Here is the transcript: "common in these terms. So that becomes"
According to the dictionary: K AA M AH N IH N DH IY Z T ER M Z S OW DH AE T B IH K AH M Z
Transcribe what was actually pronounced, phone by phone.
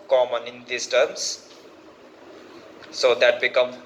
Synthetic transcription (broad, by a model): K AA M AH N IH N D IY S T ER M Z S OW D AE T B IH K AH M